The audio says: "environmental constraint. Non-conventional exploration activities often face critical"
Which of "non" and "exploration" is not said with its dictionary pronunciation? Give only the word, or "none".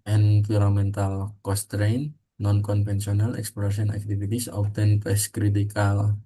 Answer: exploration